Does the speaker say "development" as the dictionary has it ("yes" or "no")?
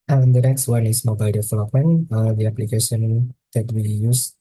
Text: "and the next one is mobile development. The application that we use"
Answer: no